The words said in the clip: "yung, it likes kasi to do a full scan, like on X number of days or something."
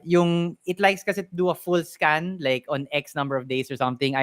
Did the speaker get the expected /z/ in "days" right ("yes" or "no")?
no